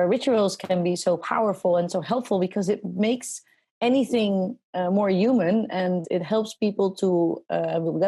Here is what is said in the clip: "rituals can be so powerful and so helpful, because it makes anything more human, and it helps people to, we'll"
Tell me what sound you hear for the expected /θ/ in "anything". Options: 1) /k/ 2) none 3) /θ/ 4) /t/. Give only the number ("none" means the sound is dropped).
3